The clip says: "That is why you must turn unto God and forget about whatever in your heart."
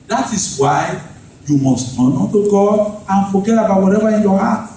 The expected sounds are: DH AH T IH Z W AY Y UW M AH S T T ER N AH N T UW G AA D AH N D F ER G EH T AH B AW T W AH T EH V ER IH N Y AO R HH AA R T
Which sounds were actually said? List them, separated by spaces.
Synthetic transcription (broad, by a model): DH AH T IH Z W AY Y UW M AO S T T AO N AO T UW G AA AH N F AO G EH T AH B AW T W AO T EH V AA IH N Y AO HH AA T